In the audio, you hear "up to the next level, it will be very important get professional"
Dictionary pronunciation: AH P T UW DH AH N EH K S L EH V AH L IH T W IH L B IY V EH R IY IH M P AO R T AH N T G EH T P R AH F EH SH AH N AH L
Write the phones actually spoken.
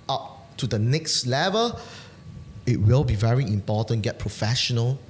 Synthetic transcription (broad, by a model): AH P T UW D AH N EH K S L EH V AH L IH T W IH L B IY V EH R IY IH M P AO T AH N G EH T P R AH F EH SH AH N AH L